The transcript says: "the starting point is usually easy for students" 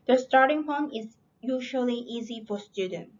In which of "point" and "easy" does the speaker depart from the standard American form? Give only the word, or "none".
point